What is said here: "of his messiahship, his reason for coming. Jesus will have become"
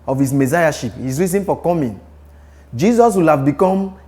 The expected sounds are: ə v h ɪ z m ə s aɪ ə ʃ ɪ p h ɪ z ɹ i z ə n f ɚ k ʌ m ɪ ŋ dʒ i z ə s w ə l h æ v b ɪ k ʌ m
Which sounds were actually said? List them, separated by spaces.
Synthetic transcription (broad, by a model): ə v h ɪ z m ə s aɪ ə ʃ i p h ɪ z ɹ i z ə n f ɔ k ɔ m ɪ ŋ dʒ i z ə s w ə l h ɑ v b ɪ k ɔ m